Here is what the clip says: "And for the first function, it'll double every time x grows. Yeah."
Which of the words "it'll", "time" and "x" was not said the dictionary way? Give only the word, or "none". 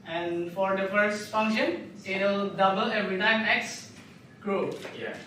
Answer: none